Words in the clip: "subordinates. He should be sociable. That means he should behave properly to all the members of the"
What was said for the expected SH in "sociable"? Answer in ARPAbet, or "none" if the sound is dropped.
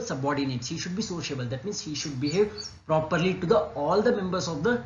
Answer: SH